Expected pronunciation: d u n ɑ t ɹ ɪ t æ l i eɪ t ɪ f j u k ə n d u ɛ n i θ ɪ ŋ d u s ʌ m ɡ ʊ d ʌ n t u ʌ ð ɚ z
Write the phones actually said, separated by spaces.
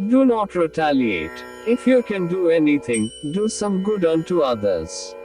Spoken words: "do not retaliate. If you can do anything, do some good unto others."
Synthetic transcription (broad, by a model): d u n ɑ t ɹ ɪ t æ l i eɪ t ɪ f j u k ə n d u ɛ n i t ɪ ŋ d u s ʌ m ɡ ʊ d ʌ n t u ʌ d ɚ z